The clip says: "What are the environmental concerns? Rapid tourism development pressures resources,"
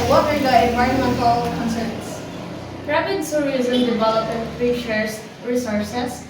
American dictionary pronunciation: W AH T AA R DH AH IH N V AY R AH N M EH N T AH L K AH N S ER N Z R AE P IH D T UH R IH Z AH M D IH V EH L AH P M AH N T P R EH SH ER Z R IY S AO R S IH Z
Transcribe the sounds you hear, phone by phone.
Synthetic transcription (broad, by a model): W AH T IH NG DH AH IH N V AY R AH N M EH N T AH L K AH N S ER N S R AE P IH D S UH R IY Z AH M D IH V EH L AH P AH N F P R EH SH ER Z R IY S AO R S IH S